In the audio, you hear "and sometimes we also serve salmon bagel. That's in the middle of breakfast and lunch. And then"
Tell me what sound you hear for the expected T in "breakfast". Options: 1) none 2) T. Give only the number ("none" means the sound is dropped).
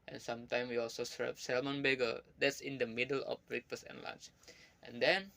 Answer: 1